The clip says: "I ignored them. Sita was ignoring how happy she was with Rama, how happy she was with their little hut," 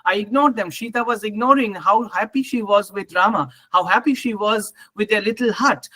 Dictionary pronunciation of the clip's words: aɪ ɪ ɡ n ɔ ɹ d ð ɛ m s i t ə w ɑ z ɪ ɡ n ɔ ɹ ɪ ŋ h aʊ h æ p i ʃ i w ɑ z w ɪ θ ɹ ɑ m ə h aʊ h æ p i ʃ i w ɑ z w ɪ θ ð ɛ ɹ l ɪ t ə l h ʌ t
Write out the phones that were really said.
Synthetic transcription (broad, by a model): aɪ ɪ ɡ n ɔ ɹ d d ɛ m ʃ i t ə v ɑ z ɪ ɡ n ɔ ɹ ɪ ŋ h aʊ h æ p i ʃ i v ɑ z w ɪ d ɹ ɑ m ə h aʊ h æ p i ʃ i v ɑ z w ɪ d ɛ l ɪ t ə l h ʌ t